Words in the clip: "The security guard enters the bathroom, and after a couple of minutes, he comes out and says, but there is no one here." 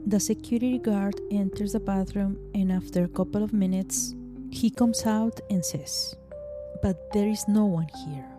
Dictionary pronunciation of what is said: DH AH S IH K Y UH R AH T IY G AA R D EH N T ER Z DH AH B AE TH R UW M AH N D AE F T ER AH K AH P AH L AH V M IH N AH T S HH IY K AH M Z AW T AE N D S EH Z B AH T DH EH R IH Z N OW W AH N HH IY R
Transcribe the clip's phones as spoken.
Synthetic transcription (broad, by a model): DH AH S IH K Y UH R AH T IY G AA R D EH N T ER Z DH AH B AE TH R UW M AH N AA F T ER AH K AH P AH L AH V M IH N AH T S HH IY K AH M S AW T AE N S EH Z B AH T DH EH R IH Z N OW W AH N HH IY R